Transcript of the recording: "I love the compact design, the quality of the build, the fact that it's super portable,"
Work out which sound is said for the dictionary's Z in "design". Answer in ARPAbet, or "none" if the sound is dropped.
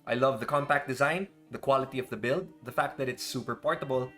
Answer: Z